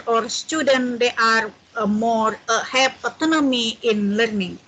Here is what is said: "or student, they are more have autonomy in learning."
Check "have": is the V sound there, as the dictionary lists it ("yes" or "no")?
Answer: no